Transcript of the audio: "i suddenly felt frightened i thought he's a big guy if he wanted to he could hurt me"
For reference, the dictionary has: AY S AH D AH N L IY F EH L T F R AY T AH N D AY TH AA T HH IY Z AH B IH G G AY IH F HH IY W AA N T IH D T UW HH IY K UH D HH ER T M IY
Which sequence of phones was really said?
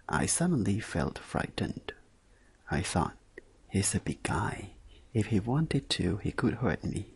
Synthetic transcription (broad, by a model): AY S AH D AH N L IY F EH L T F R AY T N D AY TH AA T HH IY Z AH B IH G G AY IH F HH IY W AA N T IH D T UW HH IY K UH D HH ER T M IY